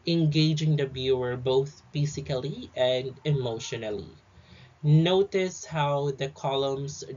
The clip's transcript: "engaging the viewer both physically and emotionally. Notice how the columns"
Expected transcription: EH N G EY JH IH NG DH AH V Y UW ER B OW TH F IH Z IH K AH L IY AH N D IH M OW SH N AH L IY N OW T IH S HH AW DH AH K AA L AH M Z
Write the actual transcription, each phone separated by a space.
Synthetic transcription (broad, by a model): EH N G EY JH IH NG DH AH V Y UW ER B OW TH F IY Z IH K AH L IY AH N D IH M OW SH N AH L IY N OW T IH S HH AW DH AH K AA L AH M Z